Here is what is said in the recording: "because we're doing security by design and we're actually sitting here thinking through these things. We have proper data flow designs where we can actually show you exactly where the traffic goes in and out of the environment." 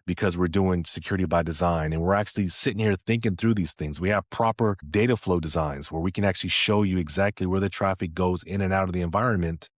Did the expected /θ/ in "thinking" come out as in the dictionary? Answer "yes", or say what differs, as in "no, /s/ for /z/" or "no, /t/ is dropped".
yes